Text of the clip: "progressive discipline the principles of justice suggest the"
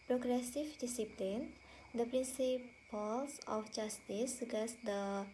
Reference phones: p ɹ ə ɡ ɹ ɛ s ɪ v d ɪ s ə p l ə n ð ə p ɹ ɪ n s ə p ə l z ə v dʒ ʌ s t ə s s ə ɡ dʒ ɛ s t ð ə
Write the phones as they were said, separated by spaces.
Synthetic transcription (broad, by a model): p ɹ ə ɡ ɹ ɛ s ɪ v d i s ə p l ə n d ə p ɹ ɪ n s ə p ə l s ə f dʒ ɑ s t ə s s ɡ ɛ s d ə